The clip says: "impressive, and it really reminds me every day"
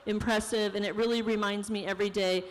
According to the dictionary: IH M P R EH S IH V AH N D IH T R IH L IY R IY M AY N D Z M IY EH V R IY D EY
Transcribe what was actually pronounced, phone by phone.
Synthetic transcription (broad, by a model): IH M P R EH S IH V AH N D IH T R IH L IY R IY M AY N D Z M IY EH V R IY D EY